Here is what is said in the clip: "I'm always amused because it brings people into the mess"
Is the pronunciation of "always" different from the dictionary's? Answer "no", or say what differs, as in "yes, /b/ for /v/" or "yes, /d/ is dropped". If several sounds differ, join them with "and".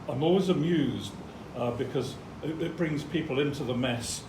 no